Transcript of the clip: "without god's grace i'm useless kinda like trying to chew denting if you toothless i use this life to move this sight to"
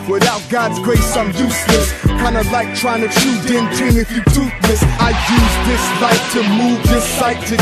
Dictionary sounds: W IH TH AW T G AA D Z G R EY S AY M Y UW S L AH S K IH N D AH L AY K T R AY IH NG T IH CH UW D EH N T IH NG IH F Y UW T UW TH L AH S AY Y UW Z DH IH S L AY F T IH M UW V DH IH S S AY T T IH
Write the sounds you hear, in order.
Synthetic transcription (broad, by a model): W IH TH AW T G AA D Z G R EY S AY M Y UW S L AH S K IH N D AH L AY K T R AY IH NG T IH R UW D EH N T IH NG IH F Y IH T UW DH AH S AY Y UW Z DH IH S L AY F T IH M UW V DH IH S S AY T T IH